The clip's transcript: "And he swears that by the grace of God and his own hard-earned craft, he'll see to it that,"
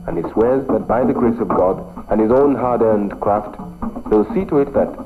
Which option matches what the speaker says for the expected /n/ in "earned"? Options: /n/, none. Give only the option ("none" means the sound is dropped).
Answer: /n/